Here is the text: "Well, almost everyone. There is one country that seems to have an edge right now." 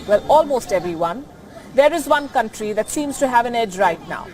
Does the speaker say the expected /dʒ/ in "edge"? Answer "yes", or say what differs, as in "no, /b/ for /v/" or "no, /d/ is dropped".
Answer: yes